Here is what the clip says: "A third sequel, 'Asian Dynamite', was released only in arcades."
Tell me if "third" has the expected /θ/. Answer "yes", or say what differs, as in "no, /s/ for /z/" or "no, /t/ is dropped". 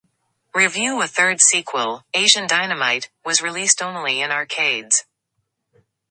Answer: yes